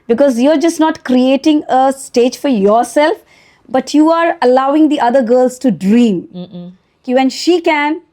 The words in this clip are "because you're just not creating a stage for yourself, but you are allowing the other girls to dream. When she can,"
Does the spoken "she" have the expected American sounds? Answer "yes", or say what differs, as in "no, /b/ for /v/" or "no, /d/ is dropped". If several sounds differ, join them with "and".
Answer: yes